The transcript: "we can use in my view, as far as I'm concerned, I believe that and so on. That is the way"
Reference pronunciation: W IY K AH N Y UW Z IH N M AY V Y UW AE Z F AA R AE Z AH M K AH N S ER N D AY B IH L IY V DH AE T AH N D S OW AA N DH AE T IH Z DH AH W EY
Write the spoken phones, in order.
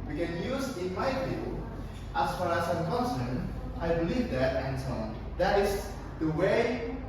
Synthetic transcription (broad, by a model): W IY K AH N Y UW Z IH N M AY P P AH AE S F AA R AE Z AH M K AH N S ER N AY B IH L IY V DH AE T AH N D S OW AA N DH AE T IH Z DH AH W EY